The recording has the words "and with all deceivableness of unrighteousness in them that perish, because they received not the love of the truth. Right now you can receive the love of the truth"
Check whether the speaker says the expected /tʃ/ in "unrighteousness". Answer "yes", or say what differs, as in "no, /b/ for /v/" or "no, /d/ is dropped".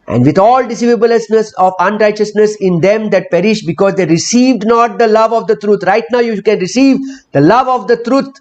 yes